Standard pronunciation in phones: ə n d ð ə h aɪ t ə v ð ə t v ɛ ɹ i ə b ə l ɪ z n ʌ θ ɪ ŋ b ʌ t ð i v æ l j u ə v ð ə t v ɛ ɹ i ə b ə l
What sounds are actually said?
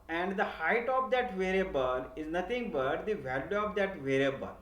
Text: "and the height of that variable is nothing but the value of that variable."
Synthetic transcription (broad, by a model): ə n d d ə h aɪ t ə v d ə t v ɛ ɹ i b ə l ɪ z n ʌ t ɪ ŋ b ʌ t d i v æ l j u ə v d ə t v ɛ ɹ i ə b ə l